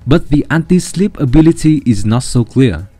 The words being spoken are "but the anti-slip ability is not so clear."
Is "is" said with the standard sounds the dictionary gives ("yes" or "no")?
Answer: yes